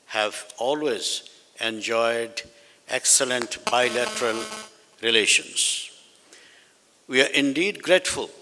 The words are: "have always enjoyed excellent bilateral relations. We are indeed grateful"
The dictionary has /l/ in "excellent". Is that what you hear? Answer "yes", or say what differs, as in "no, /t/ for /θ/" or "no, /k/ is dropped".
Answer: yes